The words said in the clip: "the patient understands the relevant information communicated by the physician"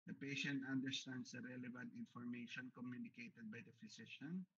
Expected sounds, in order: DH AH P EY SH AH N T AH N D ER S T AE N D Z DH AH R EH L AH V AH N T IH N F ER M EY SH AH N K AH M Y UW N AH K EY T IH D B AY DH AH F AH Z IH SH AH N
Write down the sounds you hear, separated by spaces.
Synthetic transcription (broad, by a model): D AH P EY SH AH N T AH N D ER S T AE N D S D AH R EH L AH V AH N T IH N F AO M EY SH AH N K AH M Y UW N AH K EY T IH D B AY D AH F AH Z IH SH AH N